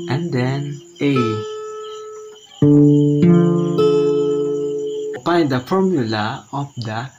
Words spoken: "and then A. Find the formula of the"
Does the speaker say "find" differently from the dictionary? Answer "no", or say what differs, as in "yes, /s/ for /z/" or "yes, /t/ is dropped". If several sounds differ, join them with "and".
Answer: yes, /p/ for /f/